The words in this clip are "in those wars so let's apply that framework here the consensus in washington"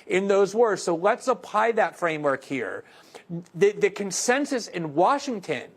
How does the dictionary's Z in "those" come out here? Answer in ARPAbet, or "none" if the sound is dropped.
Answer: Z